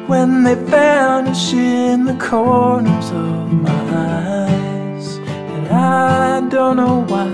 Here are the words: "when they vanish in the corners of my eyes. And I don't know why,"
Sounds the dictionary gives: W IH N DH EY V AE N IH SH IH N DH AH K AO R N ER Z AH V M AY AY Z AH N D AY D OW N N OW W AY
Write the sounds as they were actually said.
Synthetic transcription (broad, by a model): W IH N DH EY F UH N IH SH IH N DH AH K AO R N ER Z AH V M AY AY Z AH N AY D OW N N OW W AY